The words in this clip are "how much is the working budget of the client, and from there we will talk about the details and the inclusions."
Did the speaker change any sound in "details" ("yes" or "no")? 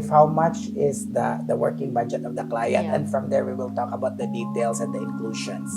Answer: yes